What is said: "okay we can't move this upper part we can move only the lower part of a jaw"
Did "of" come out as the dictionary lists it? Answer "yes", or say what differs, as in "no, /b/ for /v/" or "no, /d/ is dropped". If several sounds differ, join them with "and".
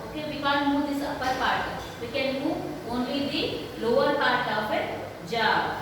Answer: no, /p/ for /v/